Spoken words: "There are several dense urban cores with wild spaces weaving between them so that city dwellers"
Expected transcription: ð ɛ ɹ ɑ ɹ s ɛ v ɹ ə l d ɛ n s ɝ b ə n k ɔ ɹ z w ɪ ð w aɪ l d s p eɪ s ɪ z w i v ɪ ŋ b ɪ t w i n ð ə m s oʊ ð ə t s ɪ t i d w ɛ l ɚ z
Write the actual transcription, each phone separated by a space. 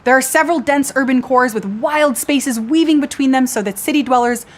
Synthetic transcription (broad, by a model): ð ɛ ɹ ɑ ɹ s ɛ v ɹ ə l d ɛ n s ɝ b ə n k ɔ ɹ z w ɪ ð w aɪ l d s p eɪ s ɪ z w i v ɪ ŋ b ɪ t w i n ð ə m s oʊ ð ə t s ɪ t i d w ɛ l ɚ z